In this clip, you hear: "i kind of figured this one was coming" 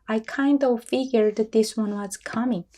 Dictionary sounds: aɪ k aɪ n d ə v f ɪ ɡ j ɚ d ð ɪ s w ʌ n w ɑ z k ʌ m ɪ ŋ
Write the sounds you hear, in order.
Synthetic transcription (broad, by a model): aɪ k aɪ n d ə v f ɪ ɡ j ɚ d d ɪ s w ʌ n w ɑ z k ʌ m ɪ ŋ